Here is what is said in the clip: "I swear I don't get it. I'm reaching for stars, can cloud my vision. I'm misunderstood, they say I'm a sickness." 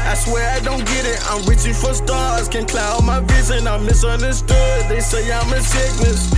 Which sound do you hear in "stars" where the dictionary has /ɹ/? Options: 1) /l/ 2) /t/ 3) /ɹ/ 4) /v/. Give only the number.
1